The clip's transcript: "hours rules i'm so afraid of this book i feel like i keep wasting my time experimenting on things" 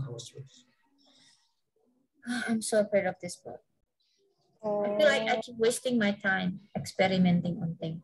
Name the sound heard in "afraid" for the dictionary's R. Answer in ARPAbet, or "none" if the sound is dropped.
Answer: none